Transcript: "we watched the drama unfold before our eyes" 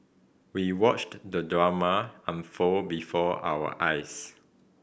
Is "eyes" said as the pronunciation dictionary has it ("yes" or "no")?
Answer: no